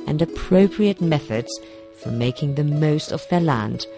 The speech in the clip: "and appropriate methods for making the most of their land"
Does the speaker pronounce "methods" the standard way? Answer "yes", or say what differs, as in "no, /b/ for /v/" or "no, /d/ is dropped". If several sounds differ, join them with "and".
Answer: yes